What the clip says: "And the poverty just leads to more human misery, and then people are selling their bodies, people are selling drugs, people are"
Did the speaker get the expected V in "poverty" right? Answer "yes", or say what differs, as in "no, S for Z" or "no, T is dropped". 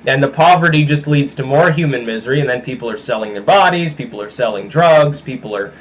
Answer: yes